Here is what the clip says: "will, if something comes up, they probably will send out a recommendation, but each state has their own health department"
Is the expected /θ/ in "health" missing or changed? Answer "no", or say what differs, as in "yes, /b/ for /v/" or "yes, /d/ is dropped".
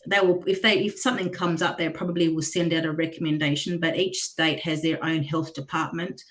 no